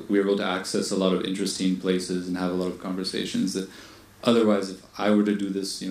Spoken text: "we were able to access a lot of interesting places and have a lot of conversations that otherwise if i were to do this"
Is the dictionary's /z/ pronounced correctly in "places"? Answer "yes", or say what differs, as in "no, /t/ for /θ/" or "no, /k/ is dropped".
yes